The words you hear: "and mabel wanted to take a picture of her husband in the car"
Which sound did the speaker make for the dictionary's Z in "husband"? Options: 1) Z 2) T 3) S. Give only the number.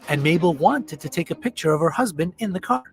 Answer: 1